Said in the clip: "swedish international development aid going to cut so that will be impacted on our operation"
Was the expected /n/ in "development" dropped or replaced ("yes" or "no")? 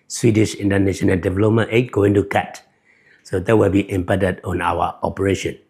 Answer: yes